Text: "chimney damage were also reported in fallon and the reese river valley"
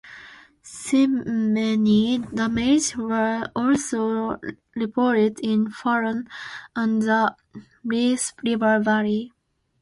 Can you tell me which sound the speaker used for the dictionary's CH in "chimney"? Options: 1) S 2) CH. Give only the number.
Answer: 1